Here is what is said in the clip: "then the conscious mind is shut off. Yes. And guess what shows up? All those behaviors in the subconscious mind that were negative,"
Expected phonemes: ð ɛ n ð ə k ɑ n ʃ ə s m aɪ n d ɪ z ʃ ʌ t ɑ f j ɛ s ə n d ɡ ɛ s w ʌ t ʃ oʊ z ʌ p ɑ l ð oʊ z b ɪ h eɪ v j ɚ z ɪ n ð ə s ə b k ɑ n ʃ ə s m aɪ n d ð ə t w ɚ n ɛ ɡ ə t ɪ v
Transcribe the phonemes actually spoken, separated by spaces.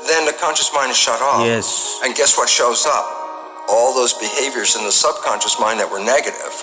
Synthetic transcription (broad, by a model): ð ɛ n ð ə k ɑ n ʃ ə s m aɪ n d ɪ z ʃ ʌ t ɑ j ɛ s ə n ɡ ɛ s w ʌ t ʃ oʊ z ʌ p ɑ l ð oʊ z b ɪ h eɪ v j ɚ z ɪ n ð ə s ə b k ɑ n ʃ ə s m aɪ n ð ə t w ɚ n ɛ ɡ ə t ɪ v